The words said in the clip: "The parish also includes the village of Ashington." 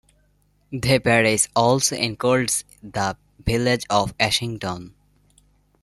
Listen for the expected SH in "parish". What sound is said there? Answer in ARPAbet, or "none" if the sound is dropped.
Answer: S